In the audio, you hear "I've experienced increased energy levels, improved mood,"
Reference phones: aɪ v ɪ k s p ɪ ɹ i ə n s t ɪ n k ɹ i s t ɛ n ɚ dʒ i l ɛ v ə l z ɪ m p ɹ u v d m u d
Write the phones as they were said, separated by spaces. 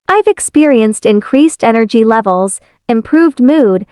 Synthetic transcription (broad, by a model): aɪ v ɪ k s p ɪ ɹ i ə n s t ɪ n k ɹ i s t ɛ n ɚ dʒ i l ɛ v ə l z ɪ m p ɹ u v d m u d